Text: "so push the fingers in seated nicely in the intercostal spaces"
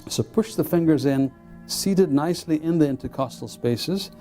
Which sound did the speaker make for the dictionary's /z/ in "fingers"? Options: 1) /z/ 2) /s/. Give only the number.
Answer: 1